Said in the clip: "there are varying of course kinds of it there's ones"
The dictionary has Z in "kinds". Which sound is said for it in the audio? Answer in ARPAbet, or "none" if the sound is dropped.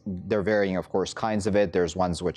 Z